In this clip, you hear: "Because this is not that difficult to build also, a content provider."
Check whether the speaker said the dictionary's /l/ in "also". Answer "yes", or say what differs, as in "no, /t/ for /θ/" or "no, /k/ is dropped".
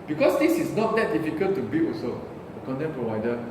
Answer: no, /l/ is dropped